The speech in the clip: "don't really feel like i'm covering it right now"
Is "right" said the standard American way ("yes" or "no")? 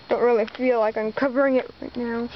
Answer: yes